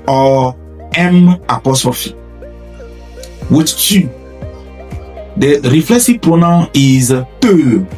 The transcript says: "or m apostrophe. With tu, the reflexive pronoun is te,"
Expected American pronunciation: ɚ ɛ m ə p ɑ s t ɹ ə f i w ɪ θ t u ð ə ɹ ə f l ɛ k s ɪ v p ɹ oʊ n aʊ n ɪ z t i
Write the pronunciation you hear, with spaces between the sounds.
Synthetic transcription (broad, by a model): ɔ ɛ m ə p ɑ s t ɹ ə f i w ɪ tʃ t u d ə ɹ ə f l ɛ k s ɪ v p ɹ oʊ n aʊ ɪ z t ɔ